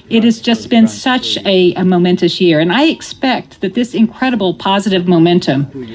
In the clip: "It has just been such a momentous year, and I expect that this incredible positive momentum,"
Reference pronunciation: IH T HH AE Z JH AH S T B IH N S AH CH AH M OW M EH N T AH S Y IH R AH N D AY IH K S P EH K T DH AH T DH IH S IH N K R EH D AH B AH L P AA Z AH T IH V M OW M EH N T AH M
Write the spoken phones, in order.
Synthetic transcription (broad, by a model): IH T HH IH Z JH AH S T B IH N S AH CH AH M OW M EH N T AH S Y IH R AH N AY IH K S P EH K T DH AH T DH IH S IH N K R EH D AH B L P AA Z AH T IH V M OW M EH N T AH M